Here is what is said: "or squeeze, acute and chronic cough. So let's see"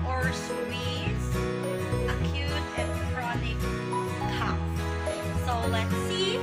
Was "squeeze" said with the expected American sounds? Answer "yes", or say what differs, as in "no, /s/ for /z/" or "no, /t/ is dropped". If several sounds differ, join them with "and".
no, /k/ is dropped